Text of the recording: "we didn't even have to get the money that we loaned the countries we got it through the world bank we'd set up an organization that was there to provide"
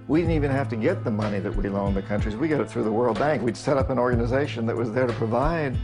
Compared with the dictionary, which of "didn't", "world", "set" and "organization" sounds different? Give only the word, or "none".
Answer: none